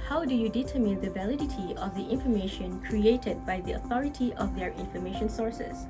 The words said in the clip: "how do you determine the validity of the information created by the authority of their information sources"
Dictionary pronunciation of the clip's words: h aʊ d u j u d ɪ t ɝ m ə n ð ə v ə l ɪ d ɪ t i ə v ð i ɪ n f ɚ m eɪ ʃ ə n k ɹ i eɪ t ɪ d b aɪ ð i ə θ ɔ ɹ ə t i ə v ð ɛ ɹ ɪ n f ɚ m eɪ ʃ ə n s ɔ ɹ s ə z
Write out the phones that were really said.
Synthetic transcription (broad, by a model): h aʊ d u j u d ɪ t ɝ m ə n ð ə v ə l ɪ d ɪ t i ə v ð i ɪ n f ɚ m eɪ ʃ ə n k ɹ i eɪ t ɪ d b aɪ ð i ə θ ɔ ɹ ə t i ə v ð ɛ ɹ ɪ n f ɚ m eɪ ʃ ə n s ɔ ɹ s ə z